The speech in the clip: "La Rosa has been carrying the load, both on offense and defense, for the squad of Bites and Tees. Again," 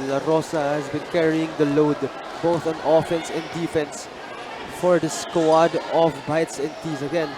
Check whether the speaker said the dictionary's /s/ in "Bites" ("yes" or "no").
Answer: yes